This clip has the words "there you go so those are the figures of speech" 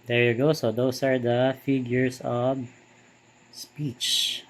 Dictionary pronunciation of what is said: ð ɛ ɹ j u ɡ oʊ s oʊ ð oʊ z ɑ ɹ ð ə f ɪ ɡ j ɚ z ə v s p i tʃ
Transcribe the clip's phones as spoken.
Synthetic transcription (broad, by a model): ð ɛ ɹ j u ɡ oʊ s oʊ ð oʊ s ɑ ɹ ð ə f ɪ ɡ j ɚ s ə v s p i tʃ